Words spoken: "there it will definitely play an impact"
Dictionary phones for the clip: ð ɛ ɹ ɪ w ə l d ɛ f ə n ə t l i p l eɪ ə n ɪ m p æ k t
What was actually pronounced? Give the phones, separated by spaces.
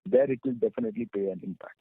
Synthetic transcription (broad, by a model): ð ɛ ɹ ɪ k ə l d ɛ f ə n ə t l i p eɪ ə n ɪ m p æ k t